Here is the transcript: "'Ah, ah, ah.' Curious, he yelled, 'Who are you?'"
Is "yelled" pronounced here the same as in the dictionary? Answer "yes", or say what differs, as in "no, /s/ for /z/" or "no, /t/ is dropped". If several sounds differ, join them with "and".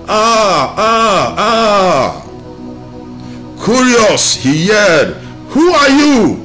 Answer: no, /l/ is dropped